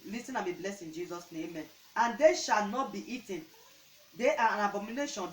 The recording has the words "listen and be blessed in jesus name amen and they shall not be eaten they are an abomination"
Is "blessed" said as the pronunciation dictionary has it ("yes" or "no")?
no